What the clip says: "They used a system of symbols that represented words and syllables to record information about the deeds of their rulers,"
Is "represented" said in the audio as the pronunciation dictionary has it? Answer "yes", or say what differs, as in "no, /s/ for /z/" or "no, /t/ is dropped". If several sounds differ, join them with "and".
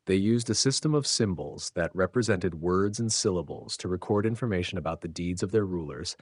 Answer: yes